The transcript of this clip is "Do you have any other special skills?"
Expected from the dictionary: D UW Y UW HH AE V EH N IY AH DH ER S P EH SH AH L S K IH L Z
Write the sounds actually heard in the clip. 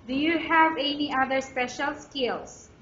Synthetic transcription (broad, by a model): D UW Y UW HH AE V EH N IY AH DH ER S P EH SH AH L S K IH L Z